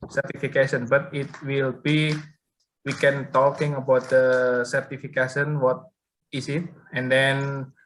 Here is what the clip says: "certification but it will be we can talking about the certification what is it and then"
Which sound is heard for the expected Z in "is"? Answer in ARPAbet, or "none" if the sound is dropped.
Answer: S